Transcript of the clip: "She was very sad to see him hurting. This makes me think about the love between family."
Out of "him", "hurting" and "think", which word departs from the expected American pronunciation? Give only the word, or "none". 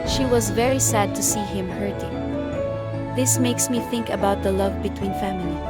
none